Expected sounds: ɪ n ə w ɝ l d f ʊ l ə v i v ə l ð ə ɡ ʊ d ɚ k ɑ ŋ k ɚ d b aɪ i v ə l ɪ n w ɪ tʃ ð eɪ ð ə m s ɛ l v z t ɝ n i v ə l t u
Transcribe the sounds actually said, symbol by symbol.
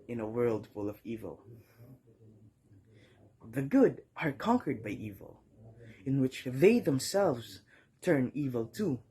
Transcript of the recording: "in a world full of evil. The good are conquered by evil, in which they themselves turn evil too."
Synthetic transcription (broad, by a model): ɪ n ə w ɝ l d f ʊ l ə v i v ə l ð ə ɡ ʊ d ɚ k ɑ ŋ k ɚ d b aɪ i v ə l ɪ n w ɪ tʃ ð eɪ ð ə m s ɛ l v z t ɝ n i v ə l t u